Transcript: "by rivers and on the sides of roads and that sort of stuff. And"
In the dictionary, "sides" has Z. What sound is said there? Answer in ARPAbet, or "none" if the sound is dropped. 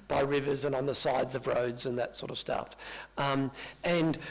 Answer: Z